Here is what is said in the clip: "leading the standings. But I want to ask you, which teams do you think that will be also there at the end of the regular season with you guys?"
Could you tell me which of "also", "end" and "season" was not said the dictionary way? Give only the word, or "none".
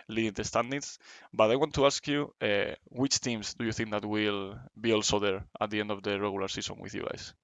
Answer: season